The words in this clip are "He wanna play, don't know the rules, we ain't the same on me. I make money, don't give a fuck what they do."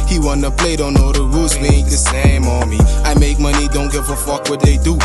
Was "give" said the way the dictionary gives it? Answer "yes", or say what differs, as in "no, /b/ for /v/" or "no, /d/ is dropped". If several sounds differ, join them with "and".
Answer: no, /f/ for /v/